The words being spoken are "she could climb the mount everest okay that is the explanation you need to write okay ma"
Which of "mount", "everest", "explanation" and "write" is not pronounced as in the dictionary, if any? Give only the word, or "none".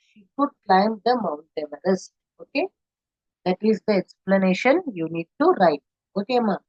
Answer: everest